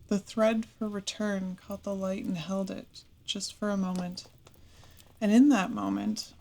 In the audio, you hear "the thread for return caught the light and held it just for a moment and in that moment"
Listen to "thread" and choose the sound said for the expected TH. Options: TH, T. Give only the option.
TH